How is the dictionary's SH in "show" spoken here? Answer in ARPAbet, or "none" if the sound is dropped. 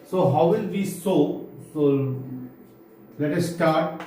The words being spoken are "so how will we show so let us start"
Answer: S